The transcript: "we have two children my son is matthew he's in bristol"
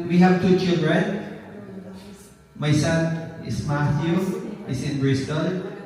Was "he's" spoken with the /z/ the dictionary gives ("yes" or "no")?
no